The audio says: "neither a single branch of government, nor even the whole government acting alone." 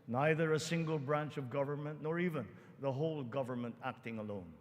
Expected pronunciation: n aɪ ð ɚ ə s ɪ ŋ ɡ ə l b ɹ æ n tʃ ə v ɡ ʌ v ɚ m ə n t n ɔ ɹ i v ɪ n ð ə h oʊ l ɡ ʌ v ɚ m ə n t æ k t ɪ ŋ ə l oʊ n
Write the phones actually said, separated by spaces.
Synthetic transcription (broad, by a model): n aɪ ð ɚ ə s ɪ ŋ ɡ ə l b ɹ æ n tʃ ə v ɡ ʌ v ɚ m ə n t n ɔ ɹ i v ɪ n ð ə h oʊ l ɡ ʌ v ɚ m ə n t æ k t ɪ ŋ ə l oʊ n